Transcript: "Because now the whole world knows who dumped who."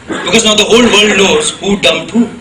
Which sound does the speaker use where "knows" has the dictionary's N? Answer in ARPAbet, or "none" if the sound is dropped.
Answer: L